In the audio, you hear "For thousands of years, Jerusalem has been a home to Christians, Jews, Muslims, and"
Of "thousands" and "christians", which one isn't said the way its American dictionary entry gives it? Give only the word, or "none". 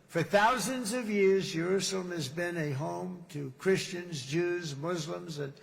none